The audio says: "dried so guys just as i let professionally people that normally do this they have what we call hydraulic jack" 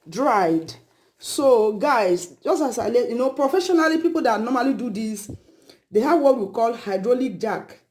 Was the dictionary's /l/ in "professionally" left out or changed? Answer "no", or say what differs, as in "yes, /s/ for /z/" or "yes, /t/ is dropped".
no